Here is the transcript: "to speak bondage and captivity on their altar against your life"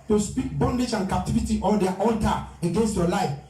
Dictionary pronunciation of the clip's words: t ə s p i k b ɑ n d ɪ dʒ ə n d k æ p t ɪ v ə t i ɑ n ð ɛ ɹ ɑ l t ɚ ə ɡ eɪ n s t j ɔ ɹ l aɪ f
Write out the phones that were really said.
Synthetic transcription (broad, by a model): t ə s p i k b ɑ n d ɪ dʒ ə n k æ p t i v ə t i ɑ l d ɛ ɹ ɑ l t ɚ ə ɡ eɪ n s t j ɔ l aɪ f